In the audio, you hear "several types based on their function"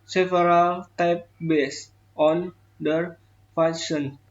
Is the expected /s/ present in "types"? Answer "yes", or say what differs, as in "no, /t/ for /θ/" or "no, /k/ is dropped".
no, /s/ is dropped